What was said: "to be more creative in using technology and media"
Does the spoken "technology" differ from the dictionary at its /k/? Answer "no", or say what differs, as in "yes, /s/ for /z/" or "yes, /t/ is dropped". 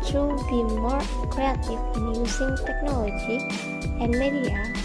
no